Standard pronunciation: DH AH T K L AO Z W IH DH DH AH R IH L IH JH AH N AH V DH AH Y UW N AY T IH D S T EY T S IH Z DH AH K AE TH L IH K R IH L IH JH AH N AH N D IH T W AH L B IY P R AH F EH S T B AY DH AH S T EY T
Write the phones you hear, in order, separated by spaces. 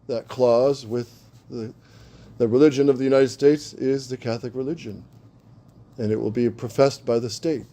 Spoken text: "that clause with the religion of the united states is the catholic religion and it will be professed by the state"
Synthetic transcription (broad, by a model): DH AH T K L AO Z W IH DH DH AH R IH L IH JH AH N AH V DH AH Y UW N AY T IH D S T EY T S IH Z DH AH K AE TH L IH K R IH L IH JH AH N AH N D IH T W AH L B IY P R AH F EH S T B AY DH AH S T EY T